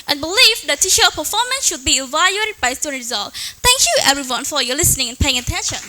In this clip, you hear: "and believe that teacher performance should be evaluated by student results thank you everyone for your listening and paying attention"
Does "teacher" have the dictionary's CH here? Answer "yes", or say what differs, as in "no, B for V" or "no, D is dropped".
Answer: no, SH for CH